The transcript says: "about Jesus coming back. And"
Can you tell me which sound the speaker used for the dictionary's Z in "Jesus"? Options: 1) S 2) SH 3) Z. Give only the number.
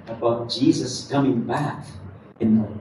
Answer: 3